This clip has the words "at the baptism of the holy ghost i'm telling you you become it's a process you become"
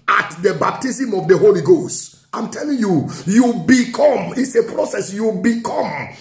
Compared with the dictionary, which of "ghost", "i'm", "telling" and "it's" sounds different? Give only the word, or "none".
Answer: none